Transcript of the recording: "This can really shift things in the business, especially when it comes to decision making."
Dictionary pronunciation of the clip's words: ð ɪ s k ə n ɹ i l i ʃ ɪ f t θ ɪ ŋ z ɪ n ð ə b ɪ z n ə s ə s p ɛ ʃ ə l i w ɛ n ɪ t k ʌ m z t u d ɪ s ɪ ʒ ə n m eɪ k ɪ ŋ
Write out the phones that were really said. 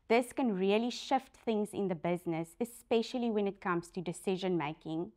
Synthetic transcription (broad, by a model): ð ɪ s k ə n ɹ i l i ʃ ɪ f t θ ɪ ŋ z ɪ n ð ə b ɪ z n ə s ə s p ɛ ʃ ə l i w ɛ n ɪ t k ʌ m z t u d ɪ s ɪ ʒ ə n m eɪ k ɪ ŋ